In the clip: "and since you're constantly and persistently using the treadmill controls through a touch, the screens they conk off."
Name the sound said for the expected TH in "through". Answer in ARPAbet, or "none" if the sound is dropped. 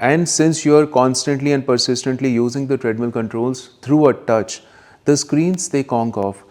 T